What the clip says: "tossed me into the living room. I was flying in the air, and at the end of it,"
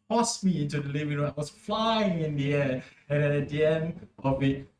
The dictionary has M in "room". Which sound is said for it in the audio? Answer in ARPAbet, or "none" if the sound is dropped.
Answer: none